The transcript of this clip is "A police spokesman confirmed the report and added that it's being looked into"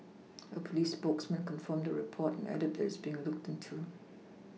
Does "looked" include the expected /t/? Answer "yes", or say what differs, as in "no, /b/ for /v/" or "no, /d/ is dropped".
yes